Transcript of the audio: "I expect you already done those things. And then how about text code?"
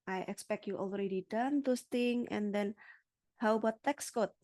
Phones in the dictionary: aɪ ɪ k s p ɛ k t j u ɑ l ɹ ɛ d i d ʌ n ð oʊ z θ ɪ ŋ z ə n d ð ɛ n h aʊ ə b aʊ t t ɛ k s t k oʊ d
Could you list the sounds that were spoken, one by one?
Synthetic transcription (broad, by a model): aɪ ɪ k s p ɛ k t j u ɑ l ɹ ɛ d i d ʌ n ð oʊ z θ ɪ ŋ ə n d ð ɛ n h aʊ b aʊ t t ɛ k s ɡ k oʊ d